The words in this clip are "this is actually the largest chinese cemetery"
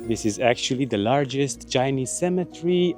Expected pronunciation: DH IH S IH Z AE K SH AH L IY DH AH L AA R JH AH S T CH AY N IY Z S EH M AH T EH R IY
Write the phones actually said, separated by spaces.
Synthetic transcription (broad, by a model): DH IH S IH Z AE K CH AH L IY DH AH L AA R JH AH S T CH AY N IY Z S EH M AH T R IY